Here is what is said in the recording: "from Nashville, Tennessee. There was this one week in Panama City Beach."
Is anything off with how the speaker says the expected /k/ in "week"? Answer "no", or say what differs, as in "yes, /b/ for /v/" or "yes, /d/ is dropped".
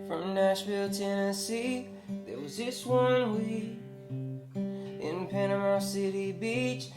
yes, /k/ is dropped